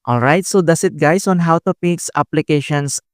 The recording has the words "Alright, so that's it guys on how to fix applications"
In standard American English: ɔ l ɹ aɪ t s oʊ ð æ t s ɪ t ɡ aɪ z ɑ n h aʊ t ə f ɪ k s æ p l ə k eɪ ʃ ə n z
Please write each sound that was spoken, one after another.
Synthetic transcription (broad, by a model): ɔ l ɹ aɪ t s oʊ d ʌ s ɪ t ɡ aɪ s ɑ n h aʊ t ə p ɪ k s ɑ p l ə k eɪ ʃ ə n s